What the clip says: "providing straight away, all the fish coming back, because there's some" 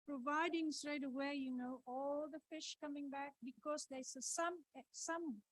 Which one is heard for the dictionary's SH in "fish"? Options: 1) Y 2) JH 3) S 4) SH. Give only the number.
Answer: 4